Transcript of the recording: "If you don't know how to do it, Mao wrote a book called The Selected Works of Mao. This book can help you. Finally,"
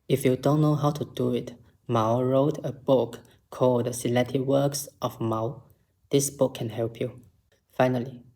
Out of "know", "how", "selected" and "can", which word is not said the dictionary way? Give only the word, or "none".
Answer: selected